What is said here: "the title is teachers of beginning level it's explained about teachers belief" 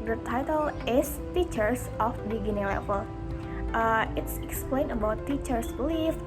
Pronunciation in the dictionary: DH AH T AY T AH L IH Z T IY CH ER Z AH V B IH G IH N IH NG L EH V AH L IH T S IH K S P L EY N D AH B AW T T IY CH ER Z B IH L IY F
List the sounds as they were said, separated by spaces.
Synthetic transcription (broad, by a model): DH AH T AY T AH L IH S T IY CH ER S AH F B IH G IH N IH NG L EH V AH L IH T S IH K S P L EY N AH B AW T T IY CH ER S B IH L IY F